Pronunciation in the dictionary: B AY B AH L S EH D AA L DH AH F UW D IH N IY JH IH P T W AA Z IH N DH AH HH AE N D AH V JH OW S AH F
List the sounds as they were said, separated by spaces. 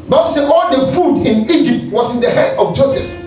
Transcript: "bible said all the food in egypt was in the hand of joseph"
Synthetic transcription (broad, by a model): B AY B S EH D AA L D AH F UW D IH N IY JH IH P T W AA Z IH N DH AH HH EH D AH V JH OW S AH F